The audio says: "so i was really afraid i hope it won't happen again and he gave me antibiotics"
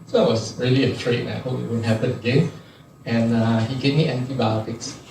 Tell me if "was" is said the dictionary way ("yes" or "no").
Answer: no